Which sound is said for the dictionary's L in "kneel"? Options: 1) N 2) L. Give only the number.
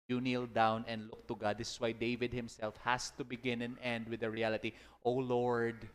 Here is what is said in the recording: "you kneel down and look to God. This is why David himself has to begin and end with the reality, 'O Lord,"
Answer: 2